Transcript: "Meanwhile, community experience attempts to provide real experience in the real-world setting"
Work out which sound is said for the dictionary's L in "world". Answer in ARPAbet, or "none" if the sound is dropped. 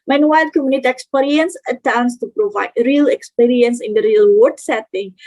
none